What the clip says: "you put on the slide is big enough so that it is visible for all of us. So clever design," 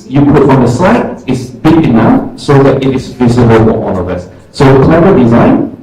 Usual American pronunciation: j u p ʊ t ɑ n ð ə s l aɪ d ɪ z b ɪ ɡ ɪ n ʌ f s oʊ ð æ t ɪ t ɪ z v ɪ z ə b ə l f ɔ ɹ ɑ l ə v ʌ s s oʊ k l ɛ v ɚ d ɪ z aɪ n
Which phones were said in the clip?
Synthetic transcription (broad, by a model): j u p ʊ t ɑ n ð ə s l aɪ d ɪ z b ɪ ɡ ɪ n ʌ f s oʊ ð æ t ɪ t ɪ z v ɪ z ə b ə l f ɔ w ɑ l ə v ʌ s s oʊ k l ɛ v ɚ d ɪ z aɪ n